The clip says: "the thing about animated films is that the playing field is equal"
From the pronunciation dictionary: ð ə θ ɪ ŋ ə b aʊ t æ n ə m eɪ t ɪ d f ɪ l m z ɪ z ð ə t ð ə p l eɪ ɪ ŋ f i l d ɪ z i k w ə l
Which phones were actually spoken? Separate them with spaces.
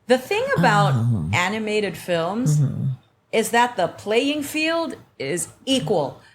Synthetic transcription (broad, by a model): ð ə θ ɪ ŋ ə b aʊ t æ n ə m eɪ t ɪ d f ɪ l m z ɪ z ð ə t ð ə p l eɪ ɪ ŋ f i l d ɪ z i k w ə l